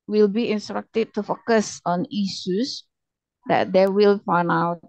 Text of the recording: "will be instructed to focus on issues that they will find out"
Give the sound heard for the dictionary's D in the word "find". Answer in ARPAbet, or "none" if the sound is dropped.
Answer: none